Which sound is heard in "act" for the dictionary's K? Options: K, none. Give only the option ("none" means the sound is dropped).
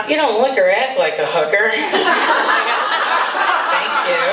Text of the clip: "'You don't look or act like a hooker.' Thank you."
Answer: none